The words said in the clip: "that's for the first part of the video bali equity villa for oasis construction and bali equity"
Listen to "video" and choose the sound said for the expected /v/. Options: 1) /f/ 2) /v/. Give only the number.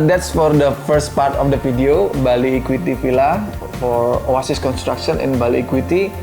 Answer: 1